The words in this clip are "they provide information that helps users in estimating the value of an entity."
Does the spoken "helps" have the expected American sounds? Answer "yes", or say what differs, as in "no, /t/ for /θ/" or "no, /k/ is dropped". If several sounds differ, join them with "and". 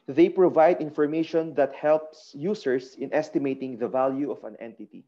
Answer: yes